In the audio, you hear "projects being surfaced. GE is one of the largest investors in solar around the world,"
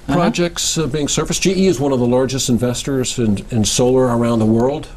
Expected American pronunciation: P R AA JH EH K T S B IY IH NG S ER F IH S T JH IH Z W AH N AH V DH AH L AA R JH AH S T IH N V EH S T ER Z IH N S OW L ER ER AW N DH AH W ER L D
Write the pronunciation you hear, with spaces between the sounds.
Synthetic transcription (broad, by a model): P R AA JH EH K T S B IY IH NG S ER F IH S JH IH Z W AH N AH V DH AH L AA R JH AH S T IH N V EH S T ER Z IH N S OW L ER ER AW N DH AH W ER L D